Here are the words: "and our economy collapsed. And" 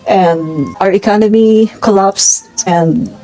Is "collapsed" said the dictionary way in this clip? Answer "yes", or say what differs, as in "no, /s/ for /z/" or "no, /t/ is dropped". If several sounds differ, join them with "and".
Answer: no, /t/ is dropped